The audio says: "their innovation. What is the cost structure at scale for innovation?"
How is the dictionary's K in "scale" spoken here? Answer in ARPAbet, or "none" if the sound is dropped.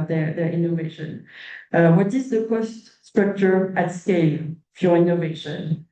K